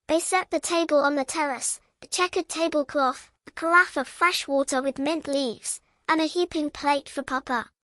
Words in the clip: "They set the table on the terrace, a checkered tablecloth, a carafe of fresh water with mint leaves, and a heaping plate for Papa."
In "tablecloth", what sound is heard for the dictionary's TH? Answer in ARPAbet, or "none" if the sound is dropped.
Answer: TH